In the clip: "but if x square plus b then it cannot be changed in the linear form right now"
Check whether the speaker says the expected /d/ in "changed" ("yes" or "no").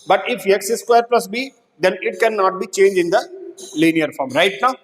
no